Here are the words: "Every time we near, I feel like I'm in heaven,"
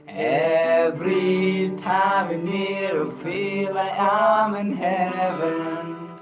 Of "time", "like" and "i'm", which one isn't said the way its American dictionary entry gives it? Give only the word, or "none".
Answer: like